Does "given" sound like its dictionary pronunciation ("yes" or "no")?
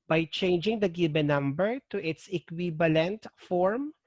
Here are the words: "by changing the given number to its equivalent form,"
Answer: no